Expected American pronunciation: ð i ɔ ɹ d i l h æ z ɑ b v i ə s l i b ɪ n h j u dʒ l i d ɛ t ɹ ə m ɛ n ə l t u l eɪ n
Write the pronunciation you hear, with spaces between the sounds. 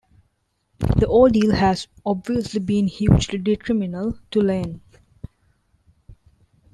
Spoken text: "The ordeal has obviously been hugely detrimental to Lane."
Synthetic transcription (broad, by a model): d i ɔ l d i l h æ z ɑ b v i ə s l i b ɪ n h j u dʒ l i d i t ɹ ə m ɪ n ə l t u l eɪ n